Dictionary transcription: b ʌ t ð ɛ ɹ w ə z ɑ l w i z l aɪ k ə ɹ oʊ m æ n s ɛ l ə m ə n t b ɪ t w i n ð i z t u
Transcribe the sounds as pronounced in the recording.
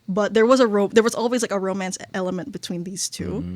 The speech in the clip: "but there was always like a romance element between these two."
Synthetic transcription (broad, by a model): b ʌ t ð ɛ ɹ w ə z ɑ l w i z l aɪ k ə ɹ oʊ m æ n s ɛ l ə m ə n t b ɪ t w i n ð i z t u